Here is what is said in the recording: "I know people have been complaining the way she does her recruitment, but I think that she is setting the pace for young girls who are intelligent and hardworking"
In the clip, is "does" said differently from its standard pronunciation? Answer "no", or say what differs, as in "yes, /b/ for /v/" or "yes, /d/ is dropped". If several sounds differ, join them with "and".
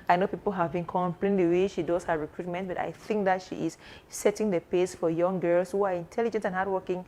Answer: yes, /s/ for /z/